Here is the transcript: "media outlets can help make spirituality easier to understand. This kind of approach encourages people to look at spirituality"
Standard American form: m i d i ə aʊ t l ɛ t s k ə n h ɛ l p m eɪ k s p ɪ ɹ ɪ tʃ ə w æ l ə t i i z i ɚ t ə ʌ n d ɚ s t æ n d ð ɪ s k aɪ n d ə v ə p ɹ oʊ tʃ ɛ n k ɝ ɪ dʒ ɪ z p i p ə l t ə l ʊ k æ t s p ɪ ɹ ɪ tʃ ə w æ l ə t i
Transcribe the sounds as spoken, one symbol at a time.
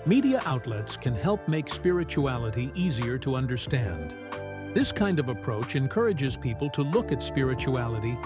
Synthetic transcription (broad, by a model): m i d i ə aʊ t l ɛ t s k ə n h ɛ l p m eɪ k s p ɪ ɹ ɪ tʃ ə æ l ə t i i z i ɚ t ə ʌ n d ɚ s t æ n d ð ɪ s k aɪ n d ə v ə p ɹ oʊ tʃ ɛ n k ɝ ɪ dʒ ɪ z p i p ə l t ə l ʊ k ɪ t s p ɪ ɹ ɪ tʃ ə æ l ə t i